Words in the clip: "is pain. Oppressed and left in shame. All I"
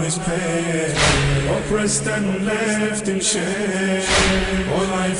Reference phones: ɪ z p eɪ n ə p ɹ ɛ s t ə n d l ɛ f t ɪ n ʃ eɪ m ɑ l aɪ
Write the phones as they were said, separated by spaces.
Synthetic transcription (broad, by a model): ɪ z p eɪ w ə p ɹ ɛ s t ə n l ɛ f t ɪ n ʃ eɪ ɑ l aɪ